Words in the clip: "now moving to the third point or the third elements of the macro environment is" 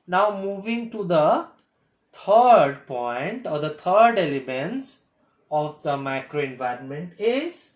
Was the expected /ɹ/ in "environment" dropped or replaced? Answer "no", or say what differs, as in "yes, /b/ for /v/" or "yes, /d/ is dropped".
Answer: no